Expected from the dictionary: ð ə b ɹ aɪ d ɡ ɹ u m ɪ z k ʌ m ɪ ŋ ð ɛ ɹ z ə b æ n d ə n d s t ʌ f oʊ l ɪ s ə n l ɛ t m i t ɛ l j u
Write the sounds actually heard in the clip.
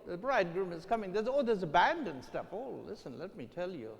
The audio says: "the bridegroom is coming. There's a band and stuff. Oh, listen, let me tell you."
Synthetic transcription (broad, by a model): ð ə b ɹ aɪ d ɡ ɹ u m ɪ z k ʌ m ɪ ŋ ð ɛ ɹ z ə b æ n d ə n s t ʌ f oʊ l ɪ s ə n l ɛ t m i t ɛ l j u